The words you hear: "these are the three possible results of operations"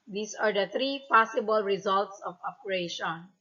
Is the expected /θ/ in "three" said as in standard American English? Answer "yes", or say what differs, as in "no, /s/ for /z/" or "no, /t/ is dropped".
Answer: no, /t/ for /θ/